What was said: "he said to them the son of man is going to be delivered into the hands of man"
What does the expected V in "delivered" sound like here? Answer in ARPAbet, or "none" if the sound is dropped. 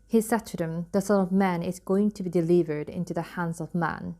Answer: V